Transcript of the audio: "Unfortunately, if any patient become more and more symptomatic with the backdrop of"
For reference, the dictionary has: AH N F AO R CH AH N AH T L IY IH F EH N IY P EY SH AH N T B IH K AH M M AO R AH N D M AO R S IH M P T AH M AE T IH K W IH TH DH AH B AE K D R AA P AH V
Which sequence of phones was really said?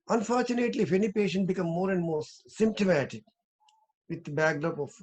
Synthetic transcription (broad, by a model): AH N F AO R CH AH N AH T L IY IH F EH N IY P EY SH AH N T B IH K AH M M AO R AH N D M AO R S IH M P T AH M AE T IH K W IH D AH B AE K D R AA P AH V